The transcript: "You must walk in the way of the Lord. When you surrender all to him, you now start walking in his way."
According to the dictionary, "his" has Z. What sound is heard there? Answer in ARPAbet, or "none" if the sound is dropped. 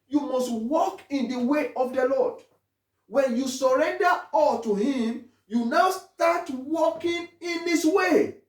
S